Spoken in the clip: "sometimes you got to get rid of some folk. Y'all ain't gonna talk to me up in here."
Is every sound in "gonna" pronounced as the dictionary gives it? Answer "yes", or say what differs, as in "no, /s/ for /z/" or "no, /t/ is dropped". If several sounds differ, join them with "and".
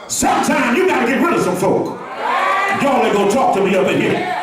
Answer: no, /n/ is dropped